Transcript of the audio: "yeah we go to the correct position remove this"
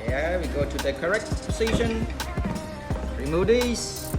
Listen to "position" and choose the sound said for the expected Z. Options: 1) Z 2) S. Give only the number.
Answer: 2